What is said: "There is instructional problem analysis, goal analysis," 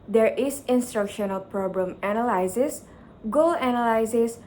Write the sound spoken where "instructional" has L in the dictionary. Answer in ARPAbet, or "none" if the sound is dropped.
L